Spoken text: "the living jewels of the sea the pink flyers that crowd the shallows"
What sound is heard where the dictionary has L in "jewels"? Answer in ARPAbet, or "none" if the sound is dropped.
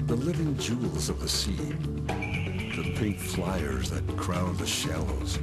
L